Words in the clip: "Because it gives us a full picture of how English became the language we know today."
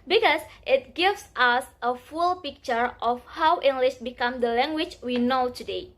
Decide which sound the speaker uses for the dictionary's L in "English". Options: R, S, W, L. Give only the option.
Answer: L